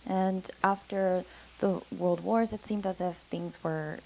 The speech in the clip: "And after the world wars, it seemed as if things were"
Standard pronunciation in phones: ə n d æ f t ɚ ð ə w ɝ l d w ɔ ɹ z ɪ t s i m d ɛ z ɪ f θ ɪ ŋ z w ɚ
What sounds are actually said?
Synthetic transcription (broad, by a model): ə n æ f t ɚ ð ə w ɝ l d w ɔ ɹ z ɪ t s i m d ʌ z ɪ f θ ɪ ŋ z w ɚ